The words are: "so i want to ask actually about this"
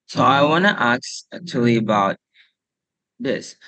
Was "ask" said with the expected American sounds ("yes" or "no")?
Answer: no